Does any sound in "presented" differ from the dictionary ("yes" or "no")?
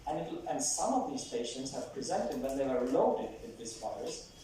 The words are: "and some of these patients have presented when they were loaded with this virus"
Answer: no